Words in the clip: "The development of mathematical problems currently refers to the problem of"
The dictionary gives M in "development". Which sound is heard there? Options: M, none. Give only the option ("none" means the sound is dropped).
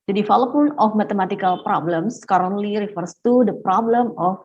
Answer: none